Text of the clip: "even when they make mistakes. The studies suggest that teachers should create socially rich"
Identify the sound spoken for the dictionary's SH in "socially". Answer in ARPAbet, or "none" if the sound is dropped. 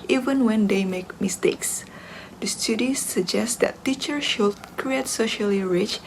SH